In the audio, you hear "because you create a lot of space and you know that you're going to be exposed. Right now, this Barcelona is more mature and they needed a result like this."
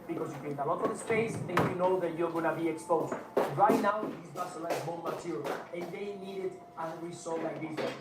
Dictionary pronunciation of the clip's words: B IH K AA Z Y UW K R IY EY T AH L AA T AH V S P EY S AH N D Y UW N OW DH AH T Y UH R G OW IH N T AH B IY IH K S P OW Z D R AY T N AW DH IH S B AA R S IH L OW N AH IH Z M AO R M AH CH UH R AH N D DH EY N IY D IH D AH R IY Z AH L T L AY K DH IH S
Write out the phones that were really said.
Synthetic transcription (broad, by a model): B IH K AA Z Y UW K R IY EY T AH L AA T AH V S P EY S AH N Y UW N OW DH AH T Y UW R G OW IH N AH B IY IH K S P OW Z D R AY T N AW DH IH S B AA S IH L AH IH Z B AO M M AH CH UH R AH N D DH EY N IY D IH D AH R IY S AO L L AY K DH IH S